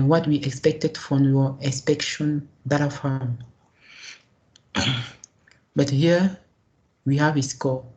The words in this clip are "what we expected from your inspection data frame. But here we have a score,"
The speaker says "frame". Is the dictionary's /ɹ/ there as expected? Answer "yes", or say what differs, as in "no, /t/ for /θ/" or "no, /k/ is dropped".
no, /ɹ/ is dropped